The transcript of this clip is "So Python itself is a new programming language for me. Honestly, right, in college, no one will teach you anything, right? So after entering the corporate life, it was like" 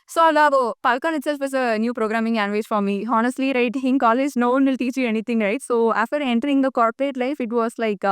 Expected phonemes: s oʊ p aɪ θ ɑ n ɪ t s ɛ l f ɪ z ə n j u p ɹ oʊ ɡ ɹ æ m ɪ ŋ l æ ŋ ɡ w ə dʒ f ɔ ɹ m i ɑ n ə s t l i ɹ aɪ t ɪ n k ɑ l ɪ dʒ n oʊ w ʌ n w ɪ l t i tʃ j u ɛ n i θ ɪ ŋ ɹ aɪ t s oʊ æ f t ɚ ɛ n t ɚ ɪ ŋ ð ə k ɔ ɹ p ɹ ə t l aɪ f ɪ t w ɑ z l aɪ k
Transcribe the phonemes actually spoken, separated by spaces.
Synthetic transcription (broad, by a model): s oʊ p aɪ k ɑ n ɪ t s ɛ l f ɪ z ə n j u p ɹ oʊ ɡ ɹ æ m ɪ ŋ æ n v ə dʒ f ɔ ɹ m i ɑ n ə s t l i ɹ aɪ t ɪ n k ɑ l ɪ dʒ n oʊ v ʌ n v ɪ l t i tʃ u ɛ n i t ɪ ŋ ɹ aɪ t s oʊ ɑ f t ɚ ɛ n t ɚ ɪ ŋ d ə k ɔ ɹ p ɹ ə t l aɪ f ɪ t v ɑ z l aɪ k